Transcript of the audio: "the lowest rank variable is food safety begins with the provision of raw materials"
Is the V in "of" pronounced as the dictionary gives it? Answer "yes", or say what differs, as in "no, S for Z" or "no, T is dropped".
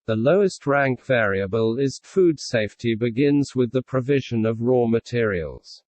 yes